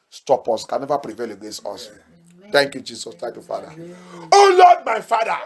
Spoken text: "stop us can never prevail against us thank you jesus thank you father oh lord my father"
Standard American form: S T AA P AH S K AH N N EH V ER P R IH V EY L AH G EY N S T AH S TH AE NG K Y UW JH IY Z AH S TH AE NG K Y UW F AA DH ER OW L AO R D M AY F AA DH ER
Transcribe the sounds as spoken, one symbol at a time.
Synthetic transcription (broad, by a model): S T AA P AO S K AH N N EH V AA P R IH V EY L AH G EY S AO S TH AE NG K Y UW JH IY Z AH S T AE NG K Y UW F AA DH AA OW L AO D M AY F AA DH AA